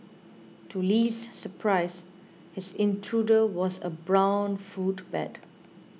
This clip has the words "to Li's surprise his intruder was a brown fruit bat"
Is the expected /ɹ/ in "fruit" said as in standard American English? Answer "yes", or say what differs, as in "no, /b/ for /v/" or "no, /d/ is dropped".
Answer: no, /ɹ/ is dropped